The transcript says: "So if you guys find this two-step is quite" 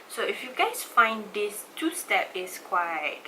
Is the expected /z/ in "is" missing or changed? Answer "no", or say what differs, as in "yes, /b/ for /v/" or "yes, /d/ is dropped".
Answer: yes, /s/ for /z/